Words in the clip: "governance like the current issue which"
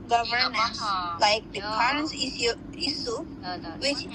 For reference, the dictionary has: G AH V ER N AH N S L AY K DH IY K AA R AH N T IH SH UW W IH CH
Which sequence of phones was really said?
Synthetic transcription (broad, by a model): G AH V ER N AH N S L AY K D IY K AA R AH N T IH S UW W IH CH